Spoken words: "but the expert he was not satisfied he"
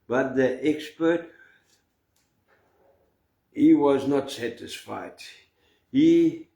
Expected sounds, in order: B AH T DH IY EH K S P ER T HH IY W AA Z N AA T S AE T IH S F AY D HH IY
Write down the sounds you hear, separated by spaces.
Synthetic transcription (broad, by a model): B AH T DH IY EH K S P ER T HH IY W AA Z N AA T S AE T IH S F AY D HH IY